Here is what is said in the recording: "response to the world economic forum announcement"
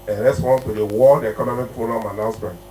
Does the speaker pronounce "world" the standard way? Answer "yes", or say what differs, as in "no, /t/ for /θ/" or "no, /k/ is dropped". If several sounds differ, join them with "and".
no, /l/ is dropped